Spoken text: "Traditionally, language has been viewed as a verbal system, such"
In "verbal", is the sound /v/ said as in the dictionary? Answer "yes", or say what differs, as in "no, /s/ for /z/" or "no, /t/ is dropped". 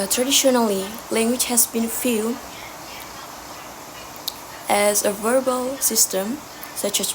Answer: yes